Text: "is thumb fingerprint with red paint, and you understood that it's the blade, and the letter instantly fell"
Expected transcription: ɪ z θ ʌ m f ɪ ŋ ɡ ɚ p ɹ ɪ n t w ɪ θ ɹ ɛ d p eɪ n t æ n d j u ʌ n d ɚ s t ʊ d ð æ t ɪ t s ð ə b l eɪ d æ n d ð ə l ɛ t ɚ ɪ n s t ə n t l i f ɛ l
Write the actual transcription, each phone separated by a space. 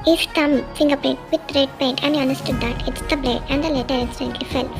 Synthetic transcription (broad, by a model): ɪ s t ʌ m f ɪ ŋ ɡ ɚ p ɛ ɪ n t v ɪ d ɹ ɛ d p eɪ n t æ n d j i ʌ n d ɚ s t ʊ d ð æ t ɪ t s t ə b l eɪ æ n d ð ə l ɛ t ɚ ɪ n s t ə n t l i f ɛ l